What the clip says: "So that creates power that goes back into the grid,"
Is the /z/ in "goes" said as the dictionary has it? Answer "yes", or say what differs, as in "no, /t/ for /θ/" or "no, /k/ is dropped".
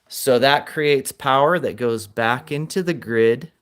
yes